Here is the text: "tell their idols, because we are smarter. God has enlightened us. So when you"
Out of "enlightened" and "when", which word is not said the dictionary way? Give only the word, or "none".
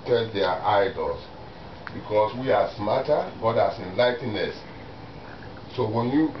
enlightened